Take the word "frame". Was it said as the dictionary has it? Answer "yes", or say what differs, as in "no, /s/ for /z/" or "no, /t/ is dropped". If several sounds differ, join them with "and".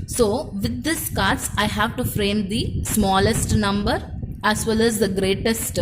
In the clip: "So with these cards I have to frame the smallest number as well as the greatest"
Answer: yes